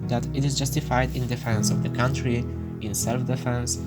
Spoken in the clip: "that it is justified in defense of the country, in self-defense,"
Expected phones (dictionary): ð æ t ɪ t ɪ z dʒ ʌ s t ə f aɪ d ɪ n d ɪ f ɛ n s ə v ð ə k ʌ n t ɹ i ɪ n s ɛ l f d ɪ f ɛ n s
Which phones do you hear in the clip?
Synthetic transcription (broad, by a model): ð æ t ɪ t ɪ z dʒ ʌ s t ə f aɪ d ɪ n d ɪ f ɛ n s ə v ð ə k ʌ n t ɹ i ɪ n s ɛ l f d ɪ f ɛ n s